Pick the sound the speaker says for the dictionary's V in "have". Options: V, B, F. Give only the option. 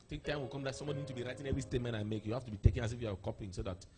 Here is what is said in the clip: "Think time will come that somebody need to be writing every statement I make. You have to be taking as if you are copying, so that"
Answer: F